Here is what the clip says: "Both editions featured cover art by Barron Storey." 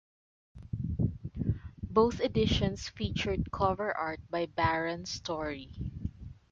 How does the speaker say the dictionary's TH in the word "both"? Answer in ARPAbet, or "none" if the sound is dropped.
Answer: TH